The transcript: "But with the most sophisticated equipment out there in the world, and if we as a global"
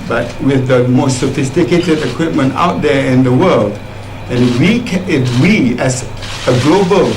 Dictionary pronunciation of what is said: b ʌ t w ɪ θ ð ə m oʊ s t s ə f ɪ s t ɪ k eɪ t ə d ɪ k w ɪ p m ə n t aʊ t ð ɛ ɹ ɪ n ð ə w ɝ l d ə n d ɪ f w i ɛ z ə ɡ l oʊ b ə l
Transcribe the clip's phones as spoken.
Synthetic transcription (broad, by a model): b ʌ t w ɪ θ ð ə m oʊ s t s ə f ɪ s t ɪ k eɪ t ə d ɪ k w ɪ p m ə n t aʊ t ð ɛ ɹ ɪ n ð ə w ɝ l d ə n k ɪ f w i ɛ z ə ɡ l oʊ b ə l